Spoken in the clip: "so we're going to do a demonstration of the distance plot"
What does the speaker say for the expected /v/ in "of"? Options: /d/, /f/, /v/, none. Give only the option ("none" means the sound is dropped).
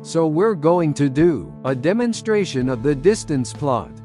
/v/